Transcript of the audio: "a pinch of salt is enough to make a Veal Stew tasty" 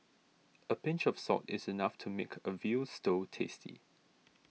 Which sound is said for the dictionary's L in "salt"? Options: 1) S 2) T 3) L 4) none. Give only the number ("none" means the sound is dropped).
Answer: 4